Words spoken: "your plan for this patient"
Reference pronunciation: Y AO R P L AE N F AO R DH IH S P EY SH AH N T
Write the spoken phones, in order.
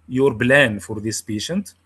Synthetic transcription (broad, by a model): Y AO R B L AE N F AO R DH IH S P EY SH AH N T